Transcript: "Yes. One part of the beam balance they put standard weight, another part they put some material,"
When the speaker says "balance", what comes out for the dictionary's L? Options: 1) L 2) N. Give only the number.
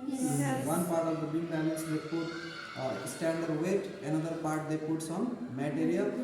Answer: 2